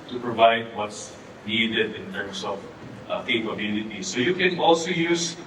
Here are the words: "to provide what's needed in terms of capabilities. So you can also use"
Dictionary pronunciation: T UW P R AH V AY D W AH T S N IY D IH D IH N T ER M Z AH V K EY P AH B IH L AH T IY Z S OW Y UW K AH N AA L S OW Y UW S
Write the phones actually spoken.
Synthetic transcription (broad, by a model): T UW P R AH V AY D W AH T S N IY D IH D IH N T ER M S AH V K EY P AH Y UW N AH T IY S OW Y UW K AH N AA L S OW Y UW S